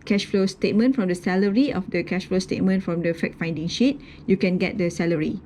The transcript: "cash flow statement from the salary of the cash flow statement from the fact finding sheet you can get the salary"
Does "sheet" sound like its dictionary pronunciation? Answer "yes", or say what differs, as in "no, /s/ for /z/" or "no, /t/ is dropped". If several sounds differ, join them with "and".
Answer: yes